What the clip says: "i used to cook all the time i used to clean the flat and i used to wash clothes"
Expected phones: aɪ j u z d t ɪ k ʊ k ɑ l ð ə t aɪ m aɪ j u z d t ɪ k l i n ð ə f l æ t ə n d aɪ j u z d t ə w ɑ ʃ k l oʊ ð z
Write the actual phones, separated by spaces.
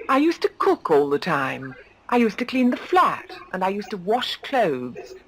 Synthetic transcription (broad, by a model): aɪ j u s t ɪ k ʊ k ɑ l ð ə t aɪ m aɪ j u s t ɪ k l i n ð ə f l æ t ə n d aɪ j u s t ə w ɑ ʃ k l oʊ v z